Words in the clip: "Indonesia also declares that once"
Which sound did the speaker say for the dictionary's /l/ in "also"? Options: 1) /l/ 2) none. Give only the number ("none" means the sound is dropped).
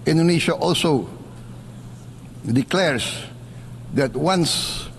1